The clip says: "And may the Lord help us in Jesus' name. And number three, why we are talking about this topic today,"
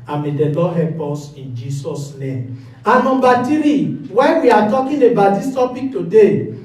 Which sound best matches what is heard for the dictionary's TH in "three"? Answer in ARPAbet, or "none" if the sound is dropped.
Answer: T